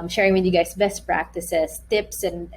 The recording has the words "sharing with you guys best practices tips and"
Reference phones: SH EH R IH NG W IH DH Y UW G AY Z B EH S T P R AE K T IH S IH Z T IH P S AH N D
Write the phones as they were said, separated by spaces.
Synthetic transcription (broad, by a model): SH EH R IH NG W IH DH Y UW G AY S B EH S T P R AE K T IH S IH S T IH P S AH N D